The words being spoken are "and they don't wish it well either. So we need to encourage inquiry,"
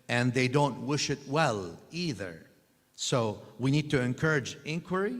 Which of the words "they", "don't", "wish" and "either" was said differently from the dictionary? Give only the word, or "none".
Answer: none